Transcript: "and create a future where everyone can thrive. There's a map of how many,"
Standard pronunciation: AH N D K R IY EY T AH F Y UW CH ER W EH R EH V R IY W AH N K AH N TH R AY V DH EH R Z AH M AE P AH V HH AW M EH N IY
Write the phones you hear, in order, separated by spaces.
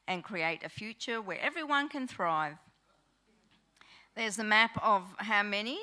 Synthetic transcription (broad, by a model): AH N K R IY EY T AH F Y UW CH ER W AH R EH V R IY W AH N K AH N TH R AY V DH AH R Z AH M AE P AH V HH AW M EH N IY